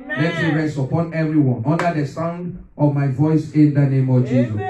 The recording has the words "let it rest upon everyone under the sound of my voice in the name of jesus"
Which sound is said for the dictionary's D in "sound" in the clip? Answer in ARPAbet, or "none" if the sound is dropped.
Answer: D